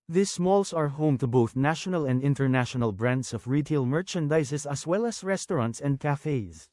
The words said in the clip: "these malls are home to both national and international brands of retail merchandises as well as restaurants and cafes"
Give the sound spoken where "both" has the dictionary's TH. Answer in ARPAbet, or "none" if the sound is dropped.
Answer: TH